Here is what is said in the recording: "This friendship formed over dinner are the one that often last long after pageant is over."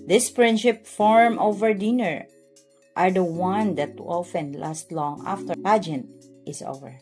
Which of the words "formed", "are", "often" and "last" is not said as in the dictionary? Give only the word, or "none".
formed